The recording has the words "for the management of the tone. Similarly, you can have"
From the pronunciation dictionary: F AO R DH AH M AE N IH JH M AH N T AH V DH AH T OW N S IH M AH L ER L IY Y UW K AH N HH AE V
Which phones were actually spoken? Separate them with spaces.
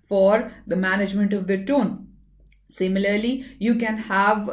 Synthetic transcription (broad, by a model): F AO R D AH M AE N IH JH M AH N T AH V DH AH T OW N S IH M AH L ER L IY Y UW K AH N HH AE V